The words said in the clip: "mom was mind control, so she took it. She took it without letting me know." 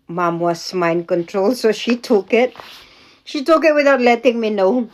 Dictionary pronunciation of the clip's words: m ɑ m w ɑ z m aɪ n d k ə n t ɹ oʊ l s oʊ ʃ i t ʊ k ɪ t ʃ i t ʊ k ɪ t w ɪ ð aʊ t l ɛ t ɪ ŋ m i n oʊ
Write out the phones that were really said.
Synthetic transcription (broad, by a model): m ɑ m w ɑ s m aɪ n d k ə n t ɹ oʊ l s oʊ ʃ i t ʊ k ɪ t ʃ i t ʊ k ɪ t w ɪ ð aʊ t l ɛ t ɪ ŋ m i n oʊ